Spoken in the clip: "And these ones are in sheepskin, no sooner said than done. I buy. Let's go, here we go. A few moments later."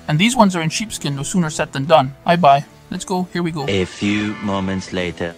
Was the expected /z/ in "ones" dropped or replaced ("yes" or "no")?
no